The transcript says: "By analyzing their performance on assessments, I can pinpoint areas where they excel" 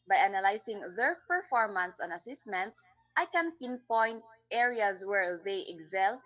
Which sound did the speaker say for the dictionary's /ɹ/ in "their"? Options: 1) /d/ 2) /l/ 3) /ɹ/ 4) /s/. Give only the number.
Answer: 3